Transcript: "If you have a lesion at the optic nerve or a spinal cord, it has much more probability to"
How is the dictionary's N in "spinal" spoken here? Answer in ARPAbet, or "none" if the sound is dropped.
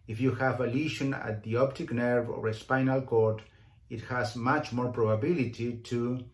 N